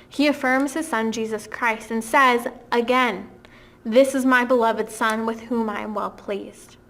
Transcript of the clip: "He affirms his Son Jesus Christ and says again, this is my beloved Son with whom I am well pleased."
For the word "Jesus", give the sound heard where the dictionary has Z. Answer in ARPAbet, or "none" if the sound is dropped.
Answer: Z